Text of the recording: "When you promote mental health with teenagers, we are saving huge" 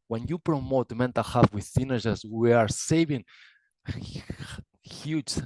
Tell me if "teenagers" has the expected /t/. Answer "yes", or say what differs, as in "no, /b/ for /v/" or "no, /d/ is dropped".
no, /s/ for /t/